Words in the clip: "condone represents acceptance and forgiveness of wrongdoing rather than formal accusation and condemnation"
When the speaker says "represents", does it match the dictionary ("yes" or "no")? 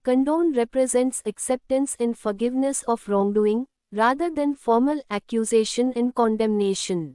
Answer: yes